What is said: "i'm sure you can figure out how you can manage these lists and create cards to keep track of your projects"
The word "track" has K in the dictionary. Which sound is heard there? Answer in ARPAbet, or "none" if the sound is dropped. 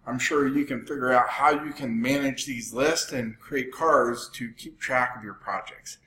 K